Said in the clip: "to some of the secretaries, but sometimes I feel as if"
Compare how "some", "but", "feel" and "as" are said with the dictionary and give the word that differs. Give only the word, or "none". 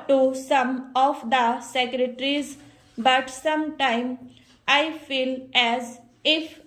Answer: none